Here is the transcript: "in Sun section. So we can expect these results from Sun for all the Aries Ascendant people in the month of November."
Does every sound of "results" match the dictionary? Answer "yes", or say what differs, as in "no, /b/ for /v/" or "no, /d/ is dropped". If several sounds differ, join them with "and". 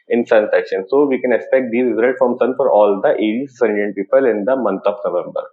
no, /s/ is dropped